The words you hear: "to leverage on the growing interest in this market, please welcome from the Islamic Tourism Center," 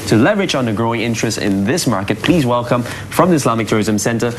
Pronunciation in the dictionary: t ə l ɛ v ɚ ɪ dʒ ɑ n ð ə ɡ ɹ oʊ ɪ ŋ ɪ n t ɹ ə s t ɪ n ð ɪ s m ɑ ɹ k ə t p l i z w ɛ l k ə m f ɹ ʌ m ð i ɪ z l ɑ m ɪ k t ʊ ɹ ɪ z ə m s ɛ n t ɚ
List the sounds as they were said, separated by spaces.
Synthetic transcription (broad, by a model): t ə l ɛ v ɚ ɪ tʃ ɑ n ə ɡ ɹ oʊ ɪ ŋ ɪ n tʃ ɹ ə s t ɪ n ð ɪ s m ɑ ɹ k ə t p l i z w ɛ l k ə m f ɹ ʌ m ð i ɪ s l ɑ m ɪ k t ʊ ɹ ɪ z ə m s ɛ n t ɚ